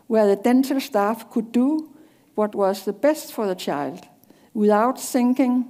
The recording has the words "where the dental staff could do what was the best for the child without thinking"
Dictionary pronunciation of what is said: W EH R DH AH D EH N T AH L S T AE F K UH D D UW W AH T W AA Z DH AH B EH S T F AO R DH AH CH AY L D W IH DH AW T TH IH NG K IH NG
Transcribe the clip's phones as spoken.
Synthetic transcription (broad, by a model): W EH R DH AH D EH N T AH L S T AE F K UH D D UW W AH T W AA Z DH AH B EH S T F AO R DH AH CH AY L D W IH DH AW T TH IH NG K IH NG